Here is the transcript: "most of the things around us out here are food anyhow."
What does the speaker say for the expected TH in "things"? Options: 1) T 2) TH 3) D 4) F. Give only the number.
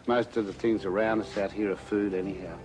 2